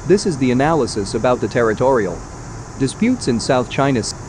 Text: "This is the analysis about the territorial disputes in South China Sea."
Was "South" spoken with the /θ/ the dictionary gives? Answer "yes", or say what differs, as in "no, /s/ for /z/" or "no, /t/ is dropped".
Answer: yes